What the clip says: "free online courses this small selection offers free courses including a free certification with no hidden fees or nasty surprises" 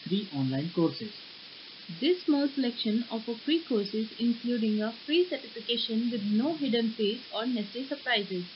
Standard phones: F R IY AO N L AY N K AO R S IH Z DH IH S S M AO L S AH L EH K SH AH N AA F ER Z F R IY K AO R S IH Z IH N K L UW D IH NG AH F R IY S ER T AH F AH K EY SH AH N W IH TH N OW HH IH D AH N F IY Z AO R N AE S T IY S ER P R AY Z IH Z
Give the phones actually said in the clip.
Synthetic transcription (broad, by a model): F R IY AO N L AY N K AO R S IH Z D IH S S M AO L S AH L EH K SH AH N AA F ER F R IY K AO R S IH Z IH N K L UW D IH NG AH F R IY S ER T AH F AH K EY SH AH N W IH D N OW HH IH D AH N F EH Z AO R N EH S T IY S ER P R AY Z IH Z